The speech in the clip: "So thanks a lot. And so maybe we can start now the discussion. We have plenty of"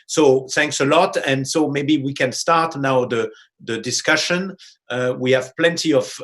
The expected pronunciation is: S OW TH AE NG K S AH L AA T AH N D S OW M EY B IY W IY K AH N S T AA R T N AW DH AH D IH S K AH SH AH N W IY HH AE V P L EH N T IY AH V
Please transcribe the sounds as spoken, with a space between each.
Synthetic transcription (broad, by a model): S OW TH AE NG K S AH L AA T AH N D S OW M EY B IY W IY K AH N S T AA R T N AW DH AH D IH S K AH SH AH N W IY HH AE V P L EH N T IY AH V